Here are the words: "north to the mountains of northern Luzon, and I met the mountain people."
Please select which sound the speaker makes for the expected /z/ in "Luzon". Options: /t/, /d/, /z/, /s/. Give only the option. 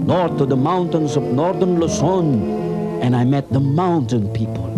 /s/